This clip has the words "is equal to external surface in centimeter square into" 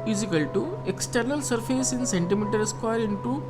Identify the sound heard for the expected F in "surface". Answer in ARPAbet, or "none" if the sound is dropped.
P